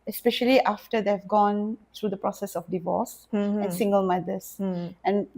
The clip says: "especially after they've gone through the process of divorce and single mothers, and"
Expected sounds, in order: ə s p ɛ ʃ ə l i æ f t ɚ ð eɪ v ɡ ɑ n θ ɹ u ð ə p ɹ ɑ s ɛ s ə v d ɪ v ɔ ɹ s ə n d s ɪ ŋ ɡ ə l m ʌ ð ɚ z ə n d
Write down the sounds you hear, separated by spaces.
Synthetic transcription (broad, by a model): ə s p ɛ ʃ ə l i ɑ f t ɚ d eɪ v ɡ ɑ n t ɹ u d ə p ɹ ɑ s ɛ s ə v d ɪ v ɔ s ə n s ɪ ŋ ɡ ə l m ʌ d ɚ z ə n